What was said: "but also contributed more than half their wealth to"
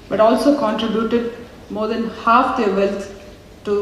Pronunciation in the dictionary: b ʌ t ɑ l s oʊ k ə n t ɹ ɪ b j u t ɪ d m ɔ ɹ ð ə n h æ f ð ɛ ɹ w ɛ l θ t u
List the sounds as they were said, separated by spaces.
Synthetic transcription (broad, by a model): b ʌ t ɑ l s oʊ k ə n t ɹ ɪ b j u t ɪ d m ɔ ɹ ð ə n h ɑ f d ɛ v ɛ l t t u